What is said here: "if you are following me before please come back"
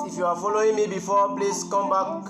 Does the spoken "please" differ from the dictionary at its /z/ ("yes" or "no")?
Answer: yes